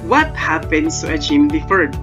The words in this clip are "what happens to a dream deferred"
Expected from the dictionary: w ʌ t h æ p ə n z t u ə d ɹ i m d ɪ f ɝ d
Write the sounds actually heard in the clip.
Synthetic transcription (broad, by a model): w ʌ t h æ p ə n s t u ə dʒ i m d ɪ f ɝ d